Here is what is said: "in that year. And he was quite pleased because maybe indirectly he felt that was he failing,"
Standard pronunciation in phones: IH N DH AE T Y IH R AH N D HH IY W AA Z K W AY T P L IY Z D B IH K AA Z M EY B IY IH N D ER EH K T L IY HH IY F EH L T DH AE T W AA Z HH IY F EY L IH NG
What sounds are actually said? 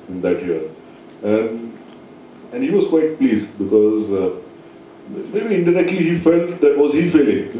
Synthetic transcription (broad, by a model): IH N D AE T Y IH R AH N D HH IY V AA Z K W AY T P L IY Z D B IH K AA Z M EY B IY IH N D ER EH K T L IY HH IY F EH L T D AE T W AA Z HH IY F EY L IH NG